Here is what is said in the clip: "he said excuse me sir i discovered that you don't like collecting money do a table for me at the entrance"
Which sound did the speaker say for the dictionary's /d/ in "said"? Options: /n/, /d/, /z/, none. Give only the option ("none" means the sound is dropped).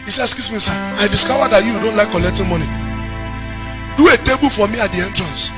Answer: none